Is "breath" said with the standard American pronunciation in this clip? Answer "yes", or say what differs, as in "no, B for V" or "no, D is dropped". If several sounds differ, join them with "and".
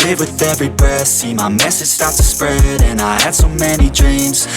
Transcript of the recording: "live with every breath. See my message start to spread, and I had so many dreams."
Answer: no, R is dropped